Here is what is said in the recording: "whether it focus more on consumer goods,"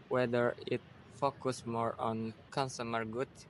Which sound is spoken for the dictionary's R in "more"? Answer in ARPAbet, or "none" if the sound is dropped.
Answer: R